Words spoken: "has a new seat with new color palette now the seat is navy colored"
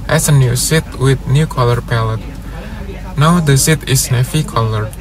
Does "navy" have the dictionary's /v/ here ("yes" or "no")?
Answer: no